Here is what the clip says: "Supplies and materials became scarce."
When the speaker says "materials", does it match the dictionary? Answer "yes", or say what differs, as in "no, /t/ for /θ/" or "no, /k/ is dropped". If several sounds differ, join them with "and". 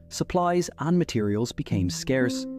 yes